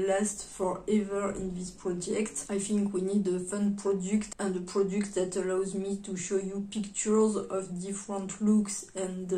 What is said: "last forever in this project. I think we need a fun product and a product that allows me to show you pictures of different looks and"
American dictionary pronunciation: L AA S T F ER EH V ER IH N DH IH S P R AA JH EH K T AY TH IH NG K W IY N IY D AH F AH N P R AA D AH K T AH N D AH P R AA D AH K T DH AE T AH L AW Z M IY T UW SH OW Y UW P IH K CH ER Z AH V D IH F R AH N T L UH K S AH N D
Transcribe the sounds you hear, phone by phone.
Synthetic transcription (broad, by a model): L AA S T F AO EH V ER IH N DH IH S P R AA JH EH K T AY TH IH NG K W IY N IY D AH F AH N P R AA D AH K T AH N D AH P R AA D AH K T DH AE T AH L AW Z M IY T UW SH OW Y UW P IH K CH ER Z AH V D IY F R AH N T L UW K S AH N